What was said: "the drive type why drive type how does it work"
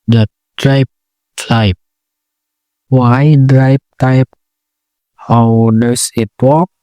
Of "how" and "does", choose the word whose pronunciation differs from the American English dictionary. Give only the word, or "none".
does